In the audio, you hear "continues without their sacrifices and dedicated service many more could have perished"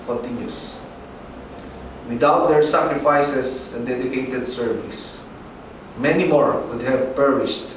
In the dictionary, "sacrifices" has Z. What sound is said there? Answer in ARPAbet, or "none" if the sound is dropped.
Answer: S